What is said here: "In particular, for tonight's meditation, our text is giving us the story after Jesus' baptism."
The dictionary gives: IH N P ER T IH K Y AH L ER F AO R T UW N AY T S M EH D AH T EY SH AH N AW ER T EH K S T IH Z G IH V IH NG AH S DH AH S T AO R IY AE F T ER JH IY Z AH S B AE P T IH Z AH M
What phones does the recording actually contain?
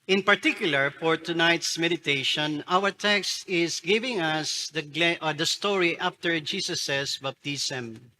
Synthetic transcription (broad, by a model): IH N P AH T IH K Y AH L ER F AO R T UW N AY T S M EH D AH T EY SH AH N AW ER T EH K S T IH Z G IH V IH NG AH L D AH S T AO R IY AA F T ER JH IY S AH S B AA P T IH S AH M